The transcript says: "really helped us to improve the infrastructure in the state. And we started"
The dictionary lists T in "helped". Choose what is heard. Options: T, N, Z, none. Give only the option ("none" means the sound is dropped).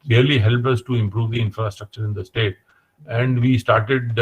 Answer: none